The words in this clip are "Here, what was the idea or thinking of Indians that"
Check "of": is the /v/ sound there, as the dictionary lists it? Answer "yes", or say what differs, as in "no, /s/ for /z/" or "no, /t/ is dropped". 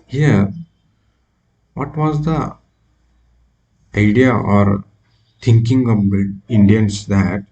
no, /b/ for /v/